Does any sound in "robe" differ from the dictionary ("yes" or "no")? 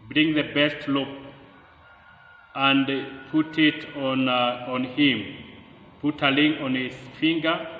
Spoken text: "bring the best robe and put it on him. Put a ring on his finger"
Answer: yes